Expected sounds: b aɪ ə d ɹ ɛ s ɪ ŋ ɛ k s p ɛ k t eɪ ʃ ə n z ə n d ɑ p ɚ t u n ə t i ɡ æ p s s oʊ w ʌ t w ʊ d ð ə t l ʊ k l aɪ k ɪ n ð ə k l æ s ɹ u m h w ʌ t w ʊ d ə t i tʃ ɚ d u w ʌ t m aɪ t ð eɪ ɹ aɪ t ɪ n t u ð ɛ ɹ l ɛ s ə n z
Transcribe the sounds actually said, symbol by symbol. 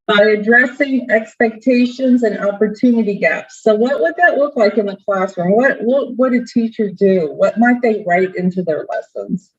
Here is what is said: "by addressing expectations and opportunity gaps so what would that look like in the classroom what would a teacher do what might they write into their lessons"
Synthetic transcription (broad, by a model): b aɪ ə d ɹ ɛ s ɪ ŋ ɛ k s p ɛ k t eɪ ʃ ə n z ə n ɑ p ɚ t u n ə t i ɡ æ p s s oʊ w ʌ t w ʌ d ð ə t l ʊ k l aɪ k ɪ n ð ə k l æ s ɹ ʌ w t w ʌ t w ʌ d ə t i tʃ ɚ d u w ʌ t m aɪ t ð eɪ ɹ aɪ t ɪ n t u ð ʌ ɹ l ɛ s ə n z